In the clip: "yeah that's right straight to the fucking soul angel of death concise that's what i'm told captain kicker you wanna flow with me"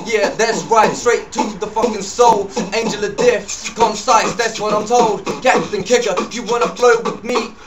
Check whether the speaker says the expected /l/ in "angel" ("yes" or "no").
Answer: yes